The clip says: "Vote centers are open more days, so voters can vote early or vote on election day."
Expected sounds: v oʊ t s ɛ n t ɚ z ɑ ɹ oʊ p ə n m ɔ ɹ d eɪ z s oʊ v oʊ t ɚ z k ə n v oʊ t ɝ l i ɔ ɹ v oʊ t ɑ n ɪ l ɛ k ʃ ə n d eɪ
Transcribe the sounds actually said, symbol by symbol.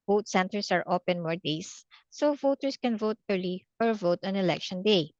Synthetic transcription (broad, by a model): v oʊ t s ɛ n t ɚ s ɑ ɹ oʊ p ə n m ɔ ɹ d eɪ s oʊ v oʊ t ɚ s k ə n v oʊ t ɝ l i ɔ ɹ v oʊ t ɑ n ɪ l ɛ k ʃ ə n d eɪ